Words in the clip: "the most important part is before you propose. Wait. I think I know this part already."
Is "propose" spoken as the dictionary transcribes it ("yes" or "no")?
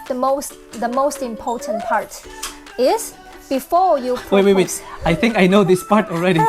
no